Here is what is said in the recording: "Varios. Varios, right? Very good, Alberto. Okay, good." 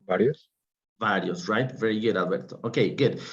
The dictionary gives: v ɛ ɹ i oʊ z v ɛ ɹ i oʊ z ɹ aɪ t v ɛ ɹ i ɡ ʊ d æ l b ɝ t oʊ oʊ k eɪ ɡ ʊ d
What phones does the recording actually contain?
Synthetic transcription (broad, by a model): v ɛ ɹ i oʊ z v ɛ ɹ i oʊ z ɹ aɪ t v ɛ ɹ i ɡ ʊ d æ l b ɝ t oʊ oʊ k eɪ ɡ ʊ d